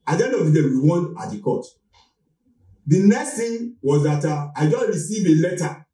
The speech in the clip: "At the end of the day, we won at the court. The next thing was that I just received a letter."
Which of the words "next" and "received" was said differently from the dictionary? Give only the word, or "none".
received